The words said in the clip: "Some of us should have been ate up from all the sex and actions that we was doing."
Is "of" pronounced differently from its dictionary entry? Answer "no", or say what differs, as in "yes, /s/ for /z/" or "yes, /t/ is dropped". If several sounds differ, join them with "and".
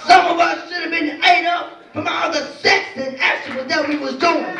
no